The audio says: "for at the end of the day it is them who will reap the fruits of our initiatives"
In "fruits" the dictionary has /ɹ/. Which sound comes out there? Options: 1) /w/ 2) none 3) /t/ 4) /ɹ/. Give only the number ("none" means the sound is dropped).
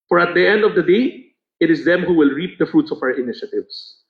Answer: 4